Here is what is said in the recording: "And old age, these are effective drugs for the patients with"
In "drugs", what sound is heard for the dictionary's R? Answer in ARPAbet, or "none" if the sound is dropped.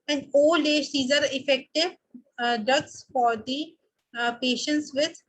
none